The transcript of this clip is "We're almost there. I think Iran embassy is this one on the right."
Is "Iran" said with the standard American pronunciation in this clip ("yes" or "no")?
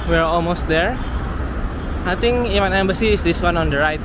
no